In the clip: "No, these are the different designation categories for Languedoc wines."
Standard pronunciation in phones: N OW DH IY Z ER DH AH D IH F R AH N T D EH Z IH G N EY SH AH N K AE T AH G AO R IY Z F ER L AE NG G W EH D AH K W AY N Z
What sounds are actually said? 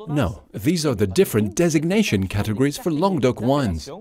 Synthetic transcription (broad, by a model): N OW DH IY Z ER DH AH D IH F R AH N D EH Z IH G N EY SH AH N K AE T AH G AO R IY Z F ER L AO NG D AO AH K W AY N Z